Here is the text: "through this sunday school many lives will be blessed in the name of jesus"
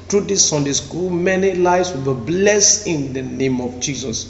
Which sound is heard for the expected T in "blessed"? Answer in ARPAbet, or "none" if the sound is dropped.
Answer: none